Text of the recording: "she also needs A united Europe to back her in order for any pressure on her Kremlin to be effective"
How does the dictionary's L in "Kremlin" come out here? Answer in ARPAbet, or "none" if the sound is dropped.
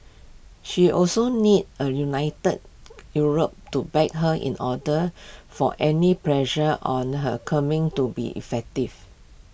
none